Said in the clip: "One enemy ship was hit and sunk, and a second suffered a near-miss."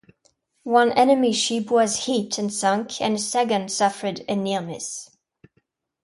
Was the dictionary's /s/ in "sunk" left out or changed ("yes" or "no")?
no